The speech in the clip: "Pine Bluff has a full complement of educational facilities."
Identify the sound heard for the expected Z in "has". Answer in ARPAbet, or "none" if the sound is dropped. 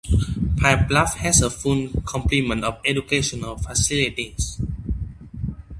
S